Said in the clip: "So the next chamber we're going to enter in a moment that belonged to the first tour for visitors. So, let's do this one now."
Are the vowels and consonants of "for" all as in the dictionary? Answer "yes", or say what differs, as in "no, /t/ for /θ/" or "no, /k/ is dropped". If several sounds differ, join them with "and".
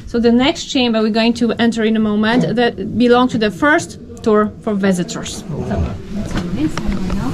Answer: yes